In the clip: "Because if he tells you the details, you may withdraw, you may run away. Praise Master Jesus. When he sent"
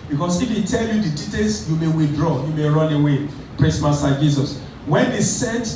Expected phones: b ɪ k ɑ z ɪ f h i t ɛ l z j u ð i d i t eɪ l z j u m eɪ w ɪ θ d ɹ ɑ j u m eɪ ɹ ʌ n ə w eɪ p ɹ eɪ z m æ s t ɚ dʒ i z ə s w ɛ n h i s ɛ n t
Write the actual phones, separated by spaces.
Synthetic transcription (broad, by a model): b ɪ k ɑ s ɪ f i t ɛ l j u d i d i t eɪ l s j u m eɪ w ɪ θ d ɹ ɑ j u m eɪ ɹ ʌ n ə w eɪ p ɹ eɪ s m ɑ s t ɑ dʒ i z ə s w ɛ n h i s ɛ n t